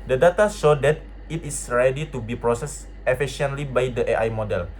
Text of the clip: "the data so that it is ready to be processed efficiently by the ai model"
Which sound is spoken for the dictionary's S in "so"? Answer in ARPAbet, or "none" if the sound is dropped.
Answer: SH